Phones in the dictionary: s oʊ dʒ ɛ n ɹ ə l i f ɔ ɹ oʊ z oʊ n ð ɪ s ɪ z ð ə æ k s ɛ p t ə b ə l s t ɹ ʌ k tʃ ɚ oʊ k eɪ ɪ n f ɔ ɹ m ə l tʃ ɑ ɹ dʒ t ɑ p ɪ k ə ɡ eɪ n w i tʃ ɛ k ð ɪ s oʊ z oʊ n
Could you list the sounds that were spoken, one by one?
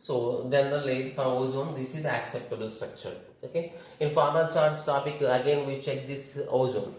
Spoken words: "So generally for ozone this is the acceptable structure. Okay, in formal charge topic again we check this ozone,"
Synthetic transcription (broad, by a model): s oʊ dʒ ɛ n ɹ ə l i f ɔ ɹ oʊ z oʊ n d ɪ s ɪ z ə æ k s ɛ p t ə b ə l s t ɹ ʌ k tʃ ɚ oʊ k eɪ ɪ n f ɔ ɹ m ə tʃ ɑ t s t ɑ p ɪ k ə ɡ eɪ n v i tʃ ɛ k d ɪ s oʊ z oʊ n